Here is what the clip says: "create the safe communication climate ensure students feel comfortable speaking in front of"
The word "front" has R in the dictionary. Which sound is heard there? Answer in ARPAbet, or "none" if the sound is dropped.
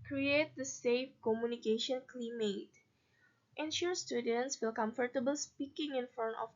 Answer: none